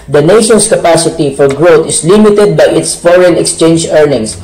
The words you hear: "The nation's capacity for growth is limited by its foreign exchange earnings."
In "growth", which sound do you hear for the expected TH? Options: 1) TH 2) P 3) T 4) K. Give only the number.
3